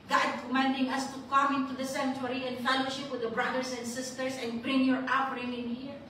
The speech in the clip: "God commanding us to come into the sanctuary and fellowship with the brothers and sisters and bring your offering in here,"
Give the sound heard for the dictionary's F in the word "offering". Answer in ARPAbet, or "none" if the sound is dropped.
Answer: P